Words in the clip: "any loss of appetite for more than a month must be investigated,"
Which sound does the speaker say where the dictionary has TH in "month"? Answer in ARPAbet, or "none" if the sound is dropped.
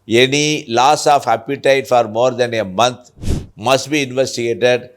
T